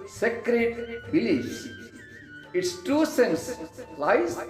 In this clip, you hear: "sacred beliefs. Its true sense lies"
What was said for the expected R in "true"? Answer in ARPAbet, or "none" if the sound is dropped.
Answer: none